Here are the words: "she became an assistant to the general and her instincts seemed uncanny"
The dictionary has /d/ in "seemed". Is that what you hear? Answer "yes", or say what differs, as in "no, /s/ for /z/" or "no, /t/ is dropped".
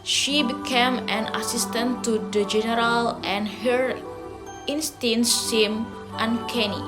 no, /d/ is dropped